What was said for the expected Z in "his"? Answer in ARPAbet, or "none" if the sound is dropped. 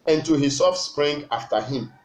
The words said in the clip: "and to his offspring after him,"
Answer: S